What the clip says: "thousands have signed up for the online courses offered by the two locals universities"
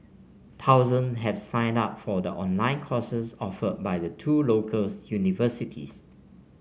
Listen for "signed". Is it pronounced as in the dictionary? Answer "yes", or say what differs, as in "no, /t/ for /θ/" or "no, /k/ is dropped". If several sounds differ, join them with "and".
yes